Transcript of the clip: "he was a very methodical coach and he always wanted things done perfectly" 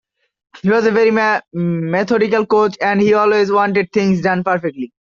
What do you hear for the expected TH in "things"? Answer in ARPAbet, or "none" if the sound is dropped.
T